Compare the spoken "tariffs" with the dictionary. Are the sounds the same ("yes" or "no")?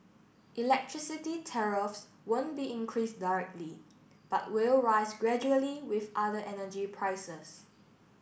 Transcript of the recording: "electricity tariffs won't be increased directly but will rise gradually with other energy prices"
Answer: yes